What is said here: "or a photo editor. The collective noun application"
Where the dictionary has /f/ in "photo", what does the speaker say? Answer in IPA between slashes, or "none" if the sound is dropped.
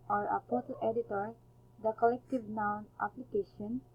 /p/